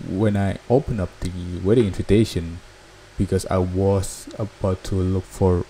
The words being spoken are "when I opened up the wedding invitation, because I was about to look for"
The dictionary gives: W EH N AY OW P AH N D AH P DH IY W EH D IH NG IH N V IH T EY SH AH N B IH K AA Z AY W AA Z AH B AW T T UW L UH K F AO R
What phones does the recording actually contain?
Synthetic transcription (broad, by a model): W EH N AY OW P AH N AH P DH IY W EH D IH NG IH N V IH T EY SH AH N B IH K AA S AY W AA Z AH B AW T T UW L UH K F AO R